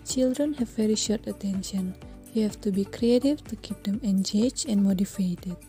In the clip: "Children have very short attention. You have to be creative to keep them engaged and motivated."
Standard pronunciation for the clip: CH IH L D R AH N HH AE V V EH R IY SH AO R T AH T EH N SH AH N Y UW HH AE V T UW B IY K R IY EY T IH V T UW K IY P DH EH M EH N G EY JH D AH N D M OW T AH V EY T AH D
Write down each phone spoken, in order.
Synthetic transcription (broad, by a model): CH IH L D R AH N HH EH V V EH R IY SH AO R T AH T EH N SH AH N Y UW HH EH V T UW B IY K R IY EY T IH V T UW K IY P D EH M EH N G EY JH AH N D M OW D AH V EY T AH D